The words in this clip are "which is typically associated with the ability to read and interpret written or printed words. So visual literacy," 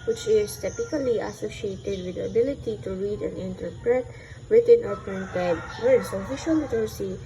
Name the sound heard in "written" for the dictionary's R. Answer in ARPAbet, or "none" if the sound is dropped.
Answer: W